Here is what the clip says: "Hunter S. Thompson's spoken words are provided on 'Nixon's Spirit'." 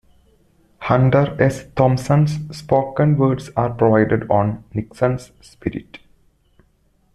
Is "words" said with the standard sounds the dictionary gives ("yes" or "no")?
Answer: no